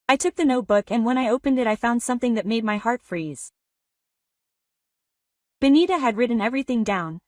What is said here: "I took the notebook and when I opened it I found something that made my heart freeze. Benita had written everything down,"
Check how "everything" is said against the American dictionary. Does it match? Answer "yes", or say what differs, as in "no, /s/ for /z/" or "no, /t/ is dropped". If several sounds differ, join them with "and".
yes